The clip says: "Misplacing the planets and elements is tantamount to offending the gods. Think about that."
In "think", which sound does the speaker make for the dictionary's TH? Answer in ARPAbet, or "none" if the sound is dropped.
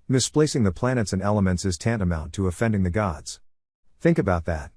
TH